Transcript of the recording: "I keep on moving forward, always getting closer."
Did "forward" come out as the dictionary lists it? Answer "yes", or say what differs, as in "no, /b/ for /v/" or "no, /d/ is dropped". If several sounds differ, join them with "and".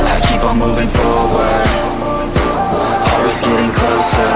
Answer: no, /d/ is dropped